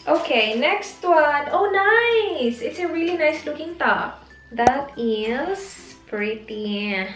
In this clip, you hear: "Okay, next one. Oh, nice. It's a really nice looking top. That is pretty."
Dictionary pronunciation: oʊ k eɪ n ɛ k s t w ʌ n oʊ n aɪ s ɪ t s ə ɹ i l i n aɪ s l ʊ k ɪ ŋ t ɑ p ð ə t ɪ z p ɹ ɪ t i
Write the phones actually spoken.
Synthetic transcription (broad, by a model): oʊ k eɪ n ɛ k s t w ʌ n oʊ n aɪ s ɪ t s ə ɹ i l i n aɪ s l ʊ k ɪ ŋ t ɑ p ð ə t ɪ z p ɹ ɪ t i